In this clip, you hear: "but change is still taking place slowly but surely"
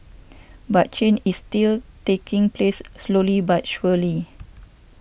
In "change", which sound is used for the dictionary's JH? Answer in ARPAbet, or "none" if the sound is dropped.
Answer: none